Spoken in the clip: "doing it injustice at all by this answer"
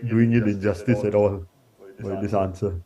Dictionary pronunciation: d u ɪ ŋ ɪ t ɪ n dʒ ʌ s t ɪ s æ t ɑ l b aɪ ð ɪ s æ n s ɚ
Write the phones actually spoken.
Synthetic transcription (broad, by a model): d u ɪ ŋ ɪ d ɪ dʒ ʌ s t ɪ s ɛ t ɑ l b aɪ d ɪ s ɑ n s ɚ